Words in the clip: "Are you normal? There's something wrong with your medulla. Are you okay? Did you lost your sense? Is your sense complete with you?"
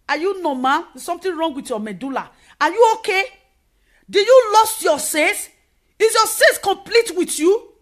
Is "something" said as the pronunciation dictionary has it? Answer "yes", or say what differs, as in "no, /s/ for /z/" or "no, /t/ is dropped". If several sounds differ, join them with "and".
no, /t/ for /θ/